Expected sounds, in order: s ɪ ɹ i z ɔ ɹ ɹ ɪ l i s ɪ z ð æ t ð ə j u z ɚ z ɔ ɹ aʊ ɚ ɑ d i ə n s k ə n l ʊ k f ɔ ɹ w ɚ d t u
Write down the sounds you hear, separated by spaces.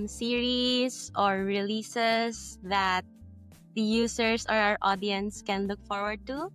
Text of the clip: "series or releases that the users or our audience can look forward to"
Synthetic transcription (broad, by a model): s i ɹ i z ɔ ɹ ɹ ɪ l i s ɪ s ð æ t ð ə j u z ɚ s ɔ ɹ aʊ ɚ ɑ d i ə n s k ə n l ʊ k f ɔ ɹ w ɚ d t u